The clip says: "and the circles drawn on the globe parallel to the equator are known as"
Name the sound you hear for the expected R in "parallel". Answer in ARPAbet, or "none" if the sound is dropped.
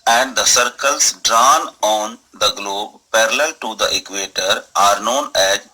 R